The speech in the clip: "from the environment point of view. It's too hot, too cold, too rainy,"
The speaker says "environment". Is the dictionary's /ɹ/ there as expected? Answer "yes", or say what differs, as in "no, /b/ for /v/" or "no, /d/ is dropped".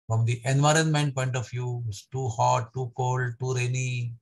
yes